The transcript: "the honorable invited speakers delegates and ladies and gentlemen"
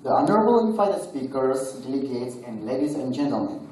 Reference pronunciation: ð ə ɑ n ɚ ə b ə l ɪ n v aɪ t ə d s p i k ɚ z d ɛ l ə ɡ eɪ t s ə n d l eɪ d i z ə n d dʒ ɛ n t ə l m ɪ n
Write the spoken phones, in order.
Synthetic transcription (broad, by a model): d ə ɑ n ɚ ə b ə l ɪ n f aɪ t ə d s p i k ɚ s d ɛ l ə ɡ eɪ t s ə n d l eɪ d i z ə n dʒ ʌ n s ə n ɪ